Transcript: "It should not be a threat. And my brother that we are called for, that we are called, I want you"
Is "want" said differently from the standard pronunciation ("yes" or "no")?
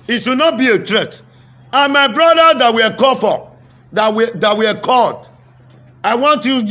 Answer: no